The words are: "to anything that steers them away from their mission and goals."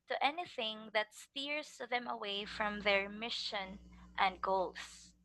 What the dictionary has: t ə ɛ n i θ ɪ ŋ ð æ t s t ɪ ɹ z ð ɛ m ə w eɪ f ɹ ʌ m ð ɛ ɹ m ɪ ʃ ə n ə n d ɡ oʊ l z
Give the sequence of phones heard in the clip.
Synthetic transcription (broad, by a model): t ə ɛ n i θ ɪ ŋ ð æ t s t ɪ ɹ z ð ɛ m ə w eɪ f ɹ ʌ m ð ɛ ɹ m ɪ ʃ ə n ə n d ɡ oʊ l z